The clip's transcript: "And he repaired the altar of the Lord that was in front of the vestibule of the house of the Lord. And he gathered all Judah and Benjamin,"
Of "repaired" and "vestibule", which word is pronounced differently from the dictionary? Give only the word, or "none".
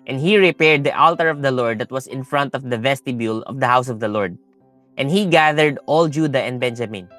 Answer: none